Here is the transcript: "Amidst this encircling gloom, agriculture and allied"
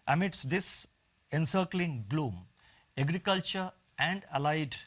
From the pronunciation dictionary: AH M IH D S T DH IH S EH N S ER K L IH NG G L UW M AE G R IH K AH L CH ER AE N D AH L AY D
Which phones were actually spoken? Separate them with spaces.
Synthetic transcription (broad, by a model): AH M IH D S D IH S EH N S ER K L IH NG G L UW M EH G R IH K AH L CH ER AE N D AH L AY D